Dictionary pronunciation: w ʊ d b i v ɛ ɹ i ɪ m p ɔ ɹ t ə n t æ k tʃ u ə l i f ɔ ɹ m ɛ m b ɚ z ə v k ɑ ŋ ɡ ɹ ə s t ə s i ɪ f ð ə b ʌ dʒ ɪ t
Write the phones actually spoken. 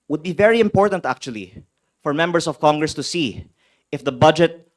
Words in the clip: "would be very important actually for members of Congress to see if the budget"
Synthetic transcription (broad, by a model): w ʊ d b i v ɛ ɹ i ɪ m p ɔ ɹ t ə n t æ k tʃ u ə l i f ɔ ɹ m ɛ m b ɚ s ə v k ɑ ŋ ɡ ɹ ə s t ə s i ɪ f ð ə b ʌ dʒ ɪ t